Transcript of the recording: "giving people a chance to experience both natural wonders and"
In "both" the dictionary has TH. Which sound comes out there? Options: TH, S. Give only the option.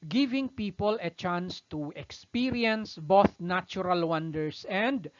TH